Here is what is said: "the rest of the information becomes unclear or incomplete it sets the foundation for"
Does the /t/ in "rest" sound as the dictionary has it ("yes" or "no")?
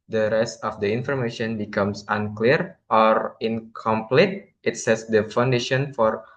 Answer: yes